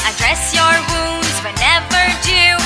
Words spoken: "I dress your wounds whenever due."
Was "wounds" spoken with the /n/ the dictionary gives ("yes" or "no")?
yes